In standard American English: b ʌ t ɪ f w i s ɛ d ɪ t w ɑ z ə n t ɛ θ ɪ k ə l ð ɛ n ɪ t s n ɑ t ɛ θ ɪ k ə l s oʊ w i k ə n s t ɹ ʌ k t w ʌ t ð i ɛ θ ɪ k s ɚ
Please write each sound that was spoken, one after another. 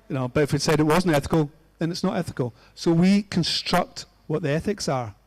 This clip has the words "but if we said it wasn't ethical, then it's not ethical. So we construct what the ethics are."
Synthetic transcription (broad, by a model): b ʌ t ɪ f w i s ɛ d ɪ t w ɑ z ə n t ɛ θ ɪ k ə l ð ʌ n ɪ t s n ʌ t ɛ θ ɪ k ə l s oʊ w i k ə n s t ɹ ʌ k t w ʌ t ð i ɛ θ ɪ k s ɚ